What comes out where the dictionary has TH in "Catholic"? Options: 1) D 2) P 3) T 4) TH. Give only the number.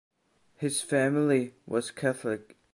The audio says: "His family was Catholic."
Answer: 4